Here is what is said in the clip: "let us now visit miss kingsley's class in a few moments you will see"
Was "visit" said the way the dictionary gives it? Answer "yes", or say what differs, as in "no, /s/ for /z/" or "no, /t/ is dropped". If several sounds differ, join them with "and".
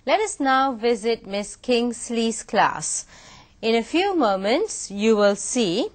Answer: yes